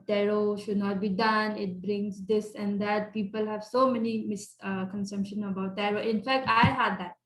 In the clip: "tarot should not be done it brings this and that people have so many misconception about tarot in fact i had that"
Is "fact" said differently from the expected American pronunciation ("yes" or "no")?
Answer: no